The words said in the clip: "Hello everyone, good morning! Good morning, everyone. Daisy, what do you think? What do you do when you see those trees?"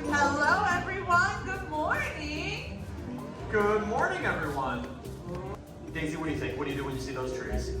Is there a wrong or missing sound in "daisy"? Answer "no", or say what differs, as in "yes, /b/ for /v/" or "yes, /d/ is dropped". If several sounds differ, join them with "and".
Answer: no